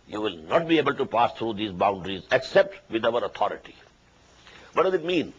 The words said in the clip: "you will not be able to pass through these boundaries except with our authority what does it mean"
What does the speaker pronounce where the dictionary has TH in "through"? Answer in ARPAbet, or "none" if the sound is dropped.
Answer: T